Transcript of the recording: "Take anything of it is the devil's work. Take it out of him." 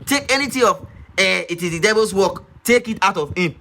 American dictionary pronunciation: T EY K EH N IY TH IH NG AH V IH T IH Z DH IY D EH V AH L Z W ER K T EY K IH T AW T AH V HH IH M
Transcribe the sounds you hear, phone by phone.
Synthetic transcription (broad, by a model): T EY K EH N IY T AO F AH IH T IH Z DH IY D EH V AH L S W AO K T EY K IH T AW T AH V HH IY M